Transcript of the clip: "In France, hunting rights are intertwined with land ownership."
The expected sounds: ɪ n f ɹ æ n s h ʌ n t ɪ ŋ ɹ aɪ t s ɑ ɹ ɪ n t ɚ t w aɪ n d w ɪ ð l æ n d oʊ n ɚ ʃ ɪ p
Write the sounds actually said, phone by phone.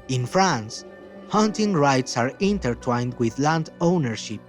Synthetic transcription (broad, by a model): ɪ n f ɹ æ n s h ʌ n t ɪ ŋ ɹ aɪ t s ɑ ɹ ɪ n t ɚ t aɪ n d w ɪ ð l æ n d oʊ n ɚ ʃ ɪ p